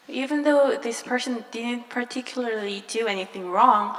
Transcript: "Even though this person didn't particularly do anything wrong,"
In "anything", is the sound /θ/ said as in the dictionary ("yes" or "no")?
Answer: yes